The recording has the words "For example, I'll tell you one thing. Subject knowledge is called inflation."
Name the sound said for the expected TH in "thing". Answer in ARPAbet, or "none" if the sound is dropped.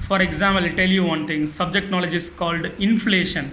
T